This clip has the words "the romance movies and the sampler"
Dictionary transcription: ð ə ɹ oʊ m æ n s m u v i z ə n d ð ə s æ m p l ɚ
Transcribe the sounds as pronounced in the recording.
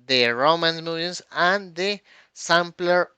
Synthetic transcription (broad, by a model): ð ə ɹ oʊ m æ n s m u i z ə n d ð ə s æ m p l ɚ